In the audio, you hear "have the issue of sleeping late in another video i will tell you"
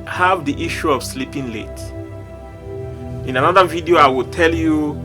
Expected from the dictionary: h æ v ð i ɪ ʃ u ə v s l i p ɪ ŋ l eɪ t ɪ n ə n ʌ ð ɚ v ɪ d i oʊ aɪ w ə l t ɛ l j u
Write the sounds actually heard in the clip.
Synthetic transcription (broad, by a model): h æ v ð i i ʃ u ə v s l i p ɪ ŋ l eɪ t ɪ n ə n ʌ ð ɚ v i d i oʊ aɪ w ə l t ɛ l j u